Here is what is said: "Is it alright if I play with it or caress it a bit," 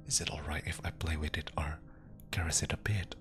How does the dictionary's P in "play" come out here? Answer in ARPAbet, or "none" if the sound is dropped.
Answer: P